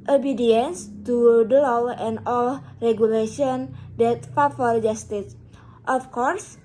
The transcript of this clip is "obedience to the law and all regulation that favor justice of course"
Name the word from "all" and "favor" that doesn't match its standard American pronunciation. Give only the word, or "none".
favor